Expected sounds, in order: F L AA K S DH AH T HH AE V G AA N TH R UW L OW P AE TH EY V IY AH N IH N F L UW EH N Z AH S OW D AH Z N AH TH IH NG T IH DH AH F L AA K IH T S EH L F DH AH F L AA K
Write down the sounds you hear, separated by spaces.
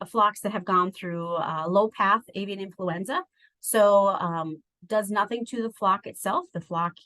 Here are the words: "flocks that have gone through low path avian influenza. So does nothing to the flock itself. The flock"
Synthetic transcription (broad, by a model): F L AA K S DH AH T HH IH V G AA N TH R UW L OW P AE TH EY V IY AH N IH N F L UW EH N Z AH S OW D AH Z N AH TH IH NG T IH DH AH F L AA K IH T S EH L F DH AH F L AA K